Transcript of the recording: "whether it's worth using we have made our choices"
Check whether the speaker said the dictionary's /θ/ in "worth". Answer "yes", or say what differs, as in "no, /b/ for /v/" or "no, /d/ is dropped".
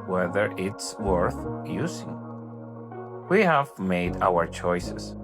yes